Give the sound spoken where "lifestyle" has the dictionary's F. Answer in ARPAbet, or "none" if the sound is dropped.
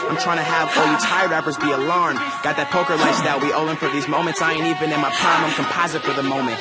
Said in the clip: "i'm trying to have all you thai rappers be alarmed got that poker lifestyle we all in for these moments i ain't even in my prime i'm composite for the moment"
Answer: none